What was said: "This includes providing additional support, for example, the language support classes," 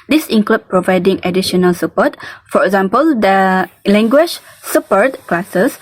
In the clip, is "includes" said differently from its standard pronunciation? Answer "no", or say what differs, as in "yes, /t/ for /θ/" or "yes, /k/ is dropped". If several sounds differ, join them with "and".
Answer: yes, /z/ is dropped